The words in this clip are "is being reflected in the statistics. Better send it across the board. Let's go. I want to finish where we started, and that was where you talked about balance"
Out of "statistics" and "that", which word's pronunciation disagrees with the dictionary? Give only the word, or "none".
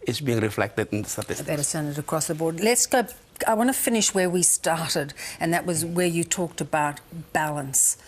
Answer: statistics